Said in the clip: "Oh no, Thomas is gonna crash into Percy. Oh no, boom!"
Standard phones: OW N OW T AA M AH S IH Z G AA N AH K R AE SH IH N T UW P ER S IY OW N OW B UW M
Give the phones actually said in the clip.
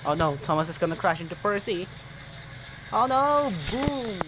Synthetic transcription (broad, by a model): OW N OW T AA M AH S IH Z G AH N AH K R AE SH IH N T UW P ER S IY OW N OW B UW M